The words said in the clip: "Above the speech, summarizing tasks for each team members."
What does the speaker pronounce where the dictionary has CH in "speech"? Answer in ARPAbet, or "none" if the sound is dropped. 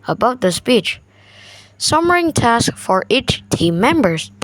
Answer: CH